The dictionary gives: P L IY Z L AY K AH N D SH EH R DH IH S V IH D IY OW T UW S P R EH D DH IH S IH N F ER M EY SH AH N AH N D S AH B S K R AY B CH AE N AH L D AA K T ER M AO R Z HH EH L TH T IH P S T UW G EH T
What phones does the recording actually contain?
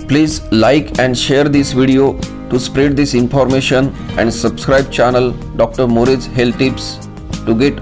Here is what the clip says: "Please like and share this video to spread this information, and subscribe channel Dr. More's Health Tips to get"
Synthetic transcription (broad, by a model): P L IY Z L AY K AH N D SH EH R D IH S V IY D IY OW T UW S P R EH D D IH S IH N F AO M EY SH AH N AH N D S AH B S K R AY B CH AE N AH L D AA K T ER M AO R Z HH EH L T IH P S T UW G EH T